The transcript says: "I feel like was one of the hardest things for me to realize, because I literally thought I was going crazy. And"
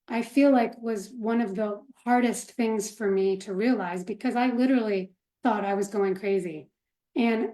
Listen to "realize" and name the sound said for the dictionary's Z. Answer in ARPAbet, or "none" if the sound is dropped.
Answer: Z